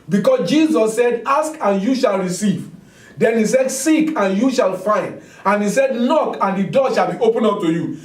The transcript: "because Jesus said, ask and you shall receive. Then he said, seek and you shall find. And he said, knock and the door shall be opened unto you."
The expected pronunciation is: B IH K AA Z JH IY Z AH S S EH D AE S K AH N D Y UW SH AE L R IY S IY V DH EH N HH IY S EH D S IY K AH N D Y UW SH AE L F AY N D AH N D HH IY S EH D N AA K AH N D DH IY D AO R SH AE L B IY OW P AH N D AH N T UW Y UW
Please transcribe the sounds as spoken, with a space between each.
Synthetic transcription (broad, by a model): B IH K AA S JH IY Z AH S S EH D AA S K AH N Y UW SH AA L R IY S IY V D EH N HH IY S EH D S IY K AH N Y UW SH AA L F AY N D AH N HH IY S EH D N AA K AH N D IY D AO SH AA L B IY OW P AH N AH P T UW Y UW